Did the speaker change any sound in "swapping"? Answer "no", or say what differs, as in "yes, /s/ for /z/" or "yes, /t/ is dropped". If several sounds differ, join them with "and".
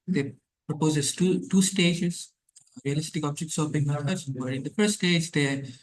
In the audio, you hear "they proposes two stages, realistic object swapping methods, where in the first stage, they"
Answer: yes, /b/ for /p/